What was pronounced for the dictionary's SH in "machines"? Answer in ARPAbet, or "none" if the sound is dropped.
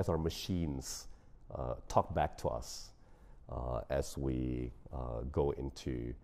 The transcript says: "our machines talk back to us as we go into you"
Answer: SH